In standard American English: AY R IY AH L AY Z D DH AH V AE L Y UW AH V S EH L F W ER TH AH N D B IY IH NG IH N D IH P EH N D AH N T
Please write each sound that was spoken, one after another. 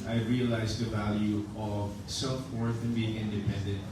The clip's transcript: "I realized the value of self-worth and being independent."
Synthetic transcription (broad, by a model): AY R IY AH L AY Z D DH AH V AE L Y UW AH V S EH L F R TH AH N B IY IH NG IH N D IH P EH N D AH N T